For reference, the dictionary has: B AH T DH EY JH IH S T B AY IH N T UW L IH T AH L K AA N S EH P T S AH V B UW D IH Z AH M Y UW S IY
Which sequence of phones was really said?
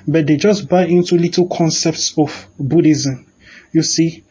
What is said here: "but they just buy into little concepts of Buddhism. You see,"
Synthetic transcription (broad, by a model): B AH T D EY JH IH S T B AY IH N T UW L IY T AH L K AA N S EH P T S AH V B UW D IH Z AH M Y UW S IY